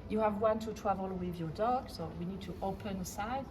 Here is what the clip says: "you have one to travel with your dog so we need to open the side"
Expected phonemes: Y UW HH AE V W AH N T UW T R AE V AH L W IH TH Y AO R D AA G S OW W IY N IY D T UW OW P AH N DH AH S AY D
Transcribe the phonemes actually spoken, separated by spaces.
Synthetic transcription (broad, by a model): Y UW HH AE V W AH N T UW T W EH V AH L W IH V Y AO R D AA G S OW W IY N IY D T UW OW P AH N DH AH S AY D